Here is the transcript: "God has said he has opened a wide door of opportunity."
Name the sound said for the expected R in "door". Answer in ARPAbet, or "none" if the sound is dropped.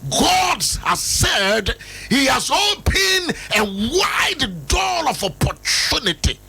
L